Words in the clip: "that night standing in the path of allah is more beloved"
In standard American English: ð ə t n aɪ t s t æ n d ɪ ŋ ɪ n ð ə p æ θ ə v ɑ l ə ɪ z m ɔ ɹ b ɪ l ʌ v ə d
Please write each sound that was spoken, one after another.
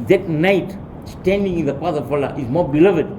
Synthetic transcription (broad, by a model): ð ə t n aɪ t s t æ n d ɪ ŋ ɪ n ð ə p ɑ s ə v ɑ l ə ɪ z m ɔ ɹ b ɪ l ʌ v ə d